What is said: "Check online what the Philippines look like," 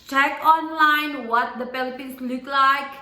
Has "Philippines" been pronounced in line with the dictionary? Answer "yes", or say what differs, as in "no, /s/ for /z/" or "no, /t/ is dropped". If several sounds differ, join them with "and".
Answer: no, /p/ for /f/ and /s/ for /z/